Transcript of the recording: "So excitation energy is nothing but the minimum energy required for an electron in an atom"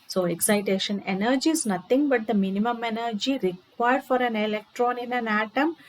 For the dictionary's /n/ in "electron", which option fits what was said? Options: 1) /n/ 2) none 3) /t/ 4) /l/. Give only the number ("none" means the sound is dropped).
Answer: 1